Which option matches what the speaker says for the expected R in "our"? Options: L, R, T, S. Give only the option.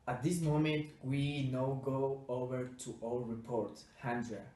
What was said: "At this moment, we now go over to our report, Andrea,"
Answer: L